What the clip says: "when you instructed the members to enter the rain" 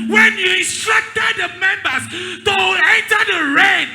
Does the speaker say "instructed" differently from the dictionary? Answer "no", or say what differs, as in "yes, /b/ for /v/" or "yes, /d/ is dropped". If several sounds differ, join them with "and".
yes, /n/ is dropped